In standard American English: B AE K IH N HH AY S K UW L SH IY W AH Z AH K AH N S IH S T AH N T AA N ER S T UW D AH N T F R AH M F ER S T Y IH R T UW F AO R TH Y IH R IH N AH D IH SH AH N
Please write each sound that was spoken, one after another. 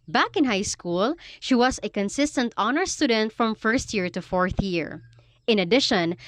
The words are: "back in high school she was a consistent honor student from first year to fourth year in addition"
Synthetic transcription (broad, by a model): B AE K IH N HH AY S K UW L SH IY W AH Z AH K AH N S IH S T AH N T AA N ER S T UW D AH N T F R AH M F ER S T Y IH R T UW F AO R TH Y IH R IH N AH D IH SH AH N